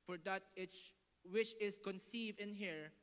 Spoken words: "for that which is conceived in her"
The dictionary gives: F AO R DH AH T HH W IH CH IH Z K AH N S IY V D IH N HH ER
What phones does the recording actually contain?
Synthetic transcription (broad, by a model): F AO R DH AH T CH W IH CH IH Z K AH N S IY V D IH N HH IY